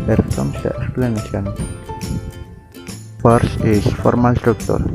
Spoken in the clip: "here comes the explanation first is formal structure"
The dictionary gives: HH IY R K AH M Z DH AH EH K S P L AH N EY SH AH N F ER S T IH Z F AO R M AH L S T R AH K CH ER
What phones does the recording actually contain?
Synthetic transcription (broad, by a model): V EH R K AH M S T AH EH K S P L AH N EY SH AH N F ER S IH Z F AO R M AH L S T R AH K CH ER